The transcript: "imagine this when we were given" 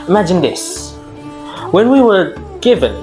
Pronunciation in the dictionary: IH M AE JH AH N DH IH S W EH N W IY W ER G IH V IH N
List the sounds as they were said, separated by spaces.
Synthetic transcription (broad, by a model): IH M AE JH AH N DH IH S W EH N W IY W ER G IH V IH N